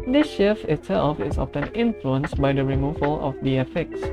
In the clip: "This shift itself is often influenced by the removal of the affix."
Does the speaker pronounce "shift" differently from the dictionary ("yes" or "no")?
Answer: yes